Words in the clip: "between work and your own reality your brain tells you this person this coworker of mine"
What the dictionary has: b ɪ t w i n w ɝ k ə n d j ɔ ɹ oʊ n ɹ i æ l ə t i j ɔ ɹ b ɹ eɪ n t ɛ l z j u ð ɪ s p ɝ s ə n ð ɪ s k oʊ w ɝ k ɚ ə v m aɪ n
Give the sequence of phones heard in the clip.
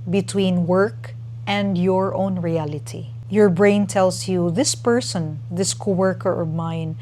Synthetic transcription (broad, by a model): b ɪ t w i n w ɝ k ə n d j ɔ ɹ oʊ n ɹ i æ l ə t i j ɔ ɹ b ɹ eɪ n t ɛ l s j u ð ɪ s p ɝ s ə n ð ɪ s k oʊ w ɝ k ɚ ə v m aɪ n